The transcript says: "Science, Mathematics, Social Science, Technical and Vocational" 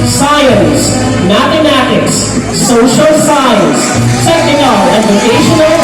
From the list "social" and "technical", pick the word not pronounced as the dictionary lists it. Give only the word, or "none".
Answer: technical